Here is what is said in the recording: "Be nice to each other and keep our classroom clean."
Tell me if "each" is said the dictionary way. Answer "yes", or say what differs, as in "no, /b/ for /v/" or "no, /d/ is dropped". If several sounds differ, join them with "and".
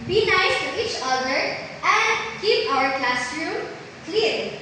yes